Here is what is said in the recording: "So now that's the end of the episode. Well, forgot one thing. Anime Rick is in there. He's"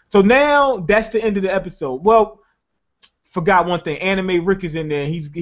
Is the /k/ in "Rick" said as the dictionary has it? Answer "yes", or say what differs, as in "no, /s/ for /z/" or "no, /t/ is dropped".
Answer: yes